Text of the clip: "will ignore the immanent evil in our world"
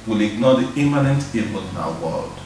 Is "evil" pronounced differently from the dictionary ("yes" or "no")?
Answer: yes